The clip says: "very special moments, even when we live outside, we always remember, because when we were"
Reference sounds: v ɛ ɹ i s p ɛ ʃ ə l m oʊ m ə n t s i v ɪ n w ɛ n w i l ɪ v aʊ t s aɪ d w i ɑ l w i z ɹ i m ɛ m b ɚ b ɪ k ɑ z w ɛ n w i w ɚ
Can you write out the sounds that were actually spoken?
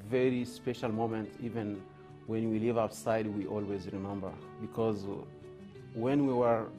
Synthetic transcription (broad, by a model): v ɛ ɹ i s p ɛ ʃ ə l m oʊ m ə n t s i v ɪ n w ɛ n w i l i v aʊ t s aɪ d w i ɑ l w i z ɹ i m ɛ m b ɚ b ɪ k ɑ z w ɛ n w i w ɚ